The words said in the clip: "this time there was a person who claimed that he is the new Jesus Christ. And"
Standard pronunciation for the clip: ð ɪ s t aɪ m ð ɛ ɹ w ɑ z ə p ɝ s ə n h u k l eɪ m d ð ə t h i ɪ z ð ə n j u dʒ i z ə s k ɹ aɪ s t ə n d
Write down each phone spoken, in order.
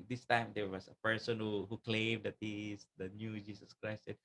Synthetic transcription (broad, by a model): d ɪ s t aɪ m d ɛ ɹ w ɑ s ə p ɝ s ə n h u k l eɪ m d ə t h i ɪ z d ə n j u dʒ i s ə s k ɹ aɪ s t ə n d